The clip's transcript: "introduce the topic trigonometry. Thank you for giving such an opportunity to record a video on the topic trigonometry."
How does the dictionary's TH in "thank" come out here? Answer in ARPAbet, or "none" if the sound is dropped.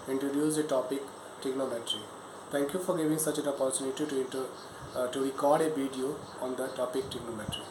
T